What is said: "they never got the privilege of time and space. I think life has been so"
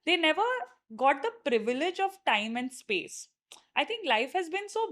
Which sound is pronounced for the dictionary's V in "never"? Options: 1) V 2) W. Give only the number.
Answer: 1